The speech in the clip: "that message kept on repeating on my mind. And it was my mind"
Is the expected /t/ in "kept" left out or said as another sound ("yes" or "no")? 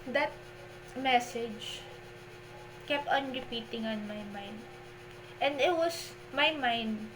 no